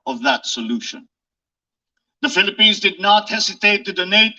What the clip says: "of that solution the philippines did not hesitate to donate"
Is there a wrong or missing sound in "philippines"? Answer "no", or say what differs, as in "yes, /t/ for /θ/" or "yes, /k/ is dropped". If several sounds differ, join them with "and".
no